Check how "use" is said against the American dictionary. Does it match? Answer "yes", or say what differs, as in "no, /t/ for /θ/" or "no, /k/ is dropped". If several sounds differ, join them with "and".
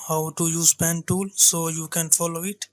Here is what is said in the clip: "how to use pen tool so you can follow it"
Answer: yes